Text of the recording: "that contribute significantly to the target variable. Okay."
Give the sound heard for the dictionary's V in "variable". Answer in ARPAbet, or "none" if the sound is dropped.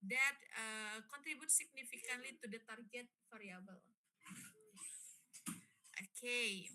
F